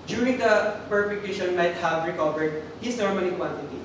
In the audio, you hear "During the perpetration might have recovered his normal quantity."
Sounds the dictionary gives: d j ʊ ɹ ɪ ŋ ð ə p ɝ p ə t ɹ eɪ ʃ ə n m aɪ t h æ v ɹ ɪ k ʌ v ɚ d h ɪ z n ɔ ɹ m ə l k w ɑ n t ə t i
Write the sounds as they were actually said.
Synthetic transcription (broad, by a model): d j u ɹ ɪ ŋ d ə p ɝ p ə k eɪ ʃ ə n m aɪ t h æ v ɹ ɪ k ʌ v ɚ d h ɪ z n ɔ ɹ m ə n k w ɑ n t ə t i